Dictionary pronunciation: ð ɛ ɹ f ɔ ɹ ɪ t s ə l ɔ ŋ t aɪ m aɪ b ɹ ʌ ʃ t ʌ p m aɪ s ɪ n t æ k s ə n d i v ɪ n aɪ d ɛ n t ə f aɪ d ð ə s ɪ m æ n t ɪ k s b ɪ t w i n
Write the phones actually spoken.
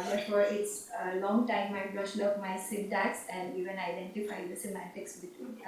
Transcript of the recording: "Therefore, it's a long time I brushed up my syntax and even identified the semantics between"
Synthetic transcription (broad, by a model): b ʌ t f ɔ ɹ ɪ t s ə l ɔ ŋ t aɪ m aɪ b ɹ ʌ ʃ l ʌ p m aɪ s ɪ n t æ k s ə n d i v ɪ n aɪ d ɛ n t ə f aɪ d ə s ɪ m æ t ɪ k s b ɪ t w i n